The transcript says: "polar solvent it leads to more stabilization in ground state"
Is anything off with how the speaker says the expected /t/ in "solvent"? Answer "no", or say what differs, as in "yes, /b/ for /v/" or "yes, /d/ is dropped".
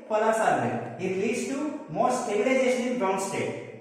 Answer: yes, /t/ is dropped